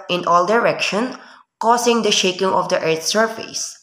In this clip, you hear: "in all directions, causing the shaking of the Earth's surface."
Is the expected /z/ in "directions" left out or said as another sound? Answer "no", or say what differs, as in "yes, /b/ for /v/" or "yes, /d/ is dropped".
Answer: yes, /z/ is dropped